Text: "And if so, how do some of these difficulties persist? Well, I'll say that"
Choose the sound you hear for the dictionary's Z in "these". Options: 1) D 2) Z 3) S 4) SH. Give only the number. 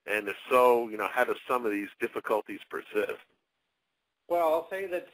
2